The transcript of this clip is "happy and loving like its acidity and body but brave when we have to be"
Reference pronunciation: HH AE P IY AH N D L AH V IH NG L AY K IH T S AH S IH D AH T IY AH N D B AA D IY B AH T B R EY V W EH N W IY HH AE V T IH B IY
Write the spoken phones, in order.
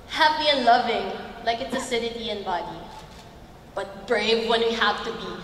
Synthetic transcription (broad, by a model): HH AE P IY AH N L AH V IH NG L AY K IH T S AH S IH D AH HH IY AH N B AA D IY B AH T B R EY V W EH N W IY HH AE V T IH B IY